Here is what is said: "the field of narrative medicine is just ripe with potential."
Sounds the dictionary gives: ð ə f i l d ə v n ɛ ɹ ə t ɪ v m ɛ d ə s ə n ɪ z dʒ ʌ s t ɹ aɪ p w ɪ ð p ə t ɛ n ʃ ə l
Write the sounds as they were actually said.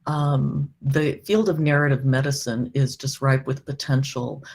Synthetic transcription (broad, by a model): ð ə f i l d ə v n ɛ ɹ ə t ɪ v m ɛ d ə s ə n ɪ z dʒ ʌ s t ɹ aɪ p w ɪ ð p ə t ɛ n ʃ l